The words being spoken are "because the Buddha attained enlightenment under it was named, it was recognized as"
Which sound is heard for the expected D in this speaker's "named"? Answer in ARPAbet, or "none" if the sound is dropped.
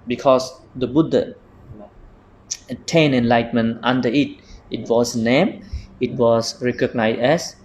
none